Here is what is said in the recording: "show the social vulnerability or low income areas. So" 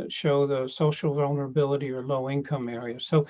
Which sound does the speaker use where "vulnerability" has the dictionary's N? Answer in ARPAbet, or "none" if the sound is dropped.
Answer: N